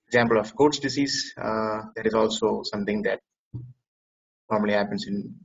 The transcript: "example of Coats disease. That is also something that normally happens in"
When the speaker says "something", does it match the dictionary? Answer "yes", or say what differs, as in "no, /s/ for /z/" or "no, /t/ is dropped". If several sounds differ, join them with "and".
no, /t/ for /θ/